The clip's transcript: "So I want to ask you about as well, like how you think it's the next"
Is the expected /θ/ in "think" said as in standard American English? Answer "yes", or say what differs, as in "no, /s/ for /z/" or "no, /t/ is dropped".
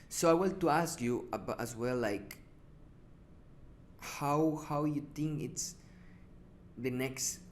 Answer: no, /t/ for /θ/